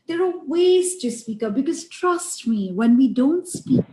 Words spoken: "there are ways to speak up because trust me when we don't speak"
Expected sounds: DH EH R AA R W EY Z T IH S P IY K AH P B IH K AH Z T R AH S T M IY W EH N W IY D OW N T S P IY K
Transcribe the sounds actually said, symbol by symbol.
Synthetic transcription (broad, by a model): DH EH R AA L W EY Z T IH S P IY K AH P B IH K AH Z T R AH S T M IY W EH N W IY D OW N T S P IY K